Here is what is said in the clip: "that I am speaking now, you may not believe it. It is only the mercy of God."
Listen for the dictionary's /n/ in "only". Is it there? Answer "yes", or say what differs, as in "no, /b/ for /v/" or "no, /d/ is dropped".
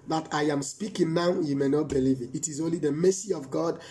yes